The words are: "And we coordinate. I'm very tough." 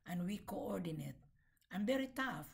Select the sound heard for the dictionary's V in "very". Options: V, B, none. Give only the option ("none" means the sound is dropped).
B